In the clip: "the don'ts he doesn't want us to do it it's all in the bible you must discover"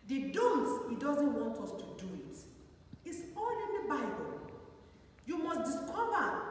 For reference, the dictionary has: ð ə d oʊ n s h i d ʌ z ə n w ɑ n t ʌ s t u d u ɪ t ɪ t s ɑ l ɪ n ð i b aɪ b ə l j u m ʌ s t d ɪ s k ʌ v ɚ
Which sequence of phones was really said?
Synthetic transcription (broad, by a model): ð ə d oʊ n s h i d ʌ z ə n w ɑ n t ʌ s t u d u ɪ t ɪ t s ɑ n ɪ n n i b aɪ b ə l j u m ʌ s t d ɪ s k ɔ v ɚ